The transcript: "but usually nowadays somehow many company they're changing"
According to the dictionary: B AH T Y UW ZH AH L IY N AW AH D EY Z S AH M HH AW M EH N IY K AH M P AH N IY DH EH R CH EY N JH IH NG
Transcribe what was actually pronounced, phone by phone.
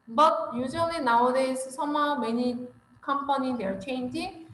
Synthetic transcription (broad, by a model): B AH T Y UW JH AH N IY N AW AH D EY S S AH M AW M EH N IY K AH M P AH N IY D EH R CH EY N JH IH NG